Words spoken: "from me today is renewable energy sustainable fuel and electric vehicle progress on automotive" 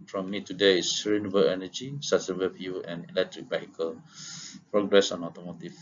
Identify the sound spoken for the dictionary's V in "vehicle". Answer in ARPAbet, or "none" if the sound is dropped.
B